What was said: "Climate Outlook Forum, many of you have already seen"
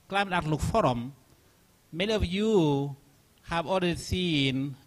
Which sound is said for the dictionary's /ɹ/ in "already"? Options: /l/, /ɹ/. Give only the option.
/l/